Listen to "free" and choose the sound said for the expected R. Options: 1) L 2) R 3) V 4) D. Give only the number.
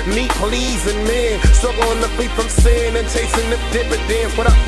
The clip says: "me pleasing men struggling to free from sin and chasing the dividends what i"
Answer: 1